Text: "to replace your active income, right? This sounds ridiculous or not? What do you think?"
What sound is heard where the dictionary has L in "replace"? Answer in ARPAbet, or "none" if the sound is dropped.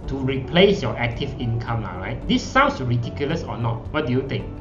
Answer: L